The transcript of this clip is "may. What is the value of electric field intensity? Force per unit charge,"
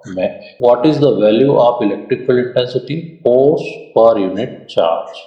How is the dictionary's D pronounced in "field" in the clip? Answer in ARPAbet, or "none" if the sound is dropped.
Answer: none